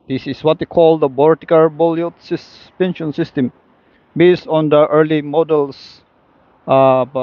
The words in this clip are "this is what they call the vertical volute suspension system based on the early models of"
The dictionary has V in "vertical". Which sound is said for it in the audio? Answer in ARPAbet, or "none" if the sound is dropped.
B